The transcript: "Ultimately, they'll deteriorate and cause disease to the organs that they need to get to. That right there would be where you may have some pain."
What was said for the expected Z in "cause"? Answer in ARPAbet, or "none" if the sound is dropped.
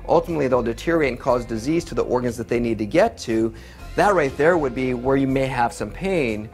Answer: Z